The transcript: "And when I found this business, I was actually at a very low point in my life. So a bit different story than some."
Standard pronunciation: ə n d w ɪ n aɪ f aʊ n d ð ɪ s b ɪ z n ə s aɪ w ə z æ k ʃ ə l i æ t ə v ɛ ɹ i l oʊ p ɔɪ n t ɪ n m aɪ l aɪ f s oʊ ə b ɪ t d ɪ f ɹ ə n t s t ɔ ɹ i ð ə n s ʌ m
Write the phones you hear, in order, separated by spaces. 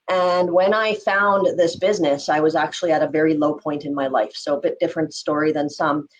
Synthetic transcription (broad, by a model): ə n w ɪ n aɪ f aʊ n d ð ɪ s b ɪ z n ə s aɪ w ə z æ k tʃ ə l i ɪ t ə v ɛ ɹ i l oʊ p ɔɪ n t ɪ n m aɪ l aɪ f s oʊ ə b ɪ t d ɪ f ɹ ə n t s t ɔ ɹ i ð ə n s ʌ m